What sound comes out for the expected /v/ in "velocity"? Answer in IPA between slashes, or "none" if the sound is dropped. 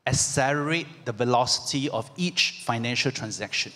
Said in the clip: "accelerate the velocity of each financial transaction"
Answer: /v/